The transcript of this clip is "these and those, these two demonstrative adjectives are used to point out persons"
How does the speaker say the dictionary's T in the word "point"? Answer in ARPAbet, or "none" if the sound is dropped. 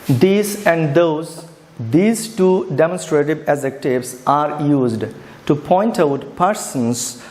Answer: T